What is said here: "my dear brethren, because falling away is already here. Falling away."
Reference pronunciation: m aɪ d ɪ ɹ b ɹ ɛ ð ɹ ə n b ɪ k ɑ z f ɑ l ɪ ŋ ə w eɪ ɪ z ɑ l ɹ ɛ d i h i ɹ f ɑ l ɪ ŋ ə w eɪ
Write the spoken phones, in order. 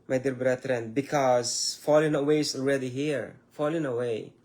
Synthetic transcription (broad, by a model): m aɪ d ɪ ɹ b ɹ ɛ ɹ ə n b ɪ k ɑ z f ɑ l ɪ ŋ ə w eɪ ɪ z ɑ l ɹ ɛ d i h i ɹ f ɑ l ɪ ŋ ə w eɪ